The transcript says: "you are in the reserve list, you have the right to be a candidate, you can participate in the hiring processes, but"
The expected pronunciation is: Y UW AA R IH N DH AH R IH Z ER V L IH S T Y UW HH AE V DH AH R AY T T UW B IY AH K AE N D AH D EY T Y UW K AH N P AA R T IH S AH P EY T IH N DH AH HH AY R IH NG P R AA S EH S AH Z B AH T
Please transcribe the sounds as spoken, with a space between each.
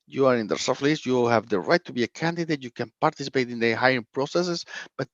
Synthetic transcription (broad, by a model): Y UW AA R IH N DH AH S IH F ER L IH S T Y UW HH AE V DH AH R AY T T UW B IY AH K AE N D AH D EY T Y UW K AH N P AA R T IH S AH P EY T IH N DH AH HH AY IH P R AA S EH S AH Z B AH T